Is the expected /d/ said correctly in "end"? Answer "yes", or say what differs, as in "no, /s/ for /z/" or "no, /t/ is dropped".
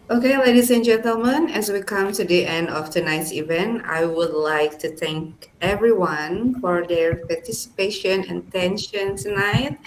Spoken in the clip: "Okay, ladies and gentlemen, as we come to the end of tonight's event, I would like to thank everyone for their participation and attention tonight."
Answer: yes